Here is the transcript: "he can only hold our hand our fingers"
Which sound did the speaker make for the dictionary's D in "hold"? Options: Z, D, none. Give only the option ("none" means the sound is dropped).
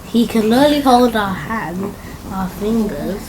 D